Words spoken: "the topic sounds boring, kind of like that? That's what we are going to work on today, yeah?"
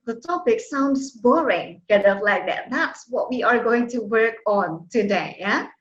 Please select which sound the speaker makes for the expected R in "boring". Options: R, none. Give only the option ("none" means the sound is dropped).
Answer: R